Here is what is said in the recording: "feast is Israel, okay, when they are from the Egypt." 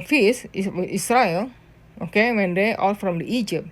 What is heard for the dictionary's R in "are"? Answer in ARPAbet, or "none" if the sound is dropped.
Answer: L